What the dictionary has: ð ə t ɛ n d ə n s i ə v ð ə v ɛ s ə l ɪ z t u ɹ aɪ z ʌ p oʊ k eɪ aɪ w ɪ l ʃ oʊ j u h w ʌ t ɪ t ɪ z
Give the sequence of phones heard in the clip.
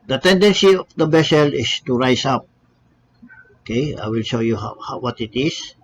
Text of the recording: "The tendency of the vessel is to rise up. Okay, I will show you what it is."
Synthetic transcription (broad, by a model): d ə t ɛ n d ə n s i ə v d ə b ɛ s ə l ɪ s t u ɹ aɪ s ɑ p oʊ k eɪ aɪ w ɪ l ʃ oʊ j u h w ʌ t ɪ t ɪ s